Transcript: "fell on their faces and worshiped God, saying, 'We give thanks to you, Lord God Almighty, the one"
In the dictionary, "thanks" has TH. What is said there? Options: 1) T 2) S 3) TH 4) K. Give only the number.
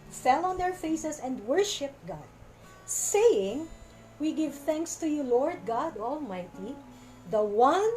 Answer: 3